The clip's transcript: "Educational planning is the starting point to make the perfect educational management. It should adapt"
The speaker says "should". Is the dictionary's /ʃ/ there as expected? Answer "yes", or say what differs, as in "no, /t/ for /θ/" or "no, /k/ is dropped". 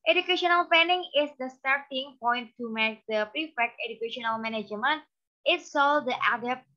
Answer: no, /s/ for /ʃ/